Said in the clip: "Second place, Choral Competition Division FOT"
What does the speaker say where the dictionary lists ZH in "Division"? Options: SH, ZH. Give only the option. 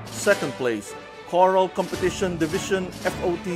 SH